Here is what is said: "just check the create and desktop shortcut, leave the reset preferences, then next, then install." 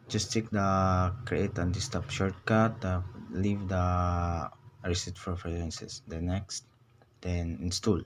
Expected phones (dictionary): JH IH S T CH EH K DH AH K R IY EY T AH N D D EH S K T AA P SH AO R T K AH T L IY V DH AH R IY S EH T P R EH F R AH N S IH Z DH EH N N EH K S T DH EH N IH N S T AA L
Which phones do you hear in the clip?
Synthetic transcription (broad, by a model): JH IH S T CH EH K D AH K R IY EY T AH N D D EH S T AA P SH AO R T K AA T L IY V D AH R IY S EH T F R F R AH N S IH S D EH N N EH K S T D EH N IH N S T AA L